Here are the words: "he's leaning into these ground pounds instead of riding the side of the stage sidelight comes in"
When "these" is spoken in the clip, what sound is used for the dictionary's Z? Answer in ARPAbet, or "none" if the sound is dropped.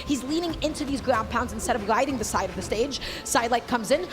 Z